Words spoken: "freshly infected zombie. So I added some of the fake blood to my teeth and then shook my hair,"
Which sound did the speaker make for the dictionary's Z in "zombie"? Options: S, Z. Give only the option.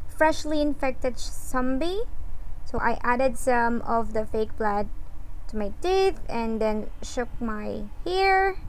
S